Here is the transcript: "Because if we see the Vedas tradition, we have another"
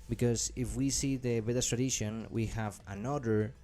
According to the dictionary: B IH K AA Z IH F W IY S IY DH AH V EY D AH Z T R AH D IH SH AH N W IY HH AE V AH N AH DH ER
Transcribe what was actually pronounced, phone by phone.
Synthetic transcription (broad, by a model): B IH K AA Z IH F W IY S IY DH AH B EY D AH S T R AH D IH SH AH N W IY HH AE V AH N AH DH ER